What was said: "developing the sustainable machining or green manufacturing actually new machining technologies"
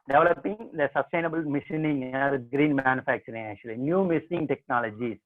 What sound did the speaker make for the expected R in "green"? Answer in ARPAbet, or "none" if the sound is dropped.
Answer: R